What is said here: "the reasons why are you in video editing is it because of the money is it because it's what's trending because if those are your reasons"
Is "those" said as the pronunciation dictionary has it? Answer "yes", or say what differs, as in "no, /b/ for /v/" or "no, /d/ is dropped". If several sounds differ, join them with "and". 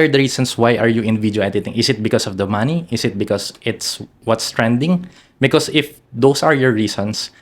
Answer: no, /s/ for /z/